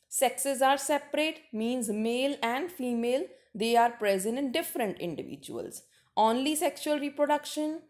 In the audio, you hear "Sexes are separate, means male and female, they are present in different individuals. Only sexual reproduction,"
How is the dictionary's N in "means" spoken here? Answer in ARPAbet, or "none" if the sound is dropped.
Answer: N